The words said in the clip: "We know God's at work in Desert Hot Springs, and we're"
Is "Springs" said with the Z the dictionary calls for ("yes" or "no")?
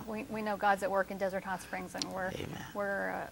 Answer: yes